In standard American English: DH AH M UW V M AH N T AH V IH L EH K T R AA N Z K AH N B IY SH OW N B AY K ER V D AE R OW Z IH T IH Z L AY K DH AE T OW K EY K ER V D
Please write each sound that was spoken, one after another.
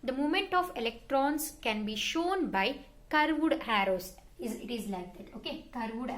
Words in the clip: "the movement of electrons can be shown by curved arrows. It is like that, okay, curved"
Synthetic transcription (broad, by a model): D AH M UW M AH N T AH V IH L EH K T R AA N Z K AH N B IY SH OW N B AY K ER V D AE R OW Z IH T IH Z L AY K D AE T OW K EY K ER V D